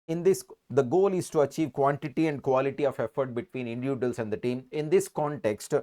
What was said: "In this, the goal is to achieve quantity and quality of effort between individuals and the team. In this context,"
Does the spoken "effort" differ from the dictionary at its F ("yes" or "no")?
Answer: no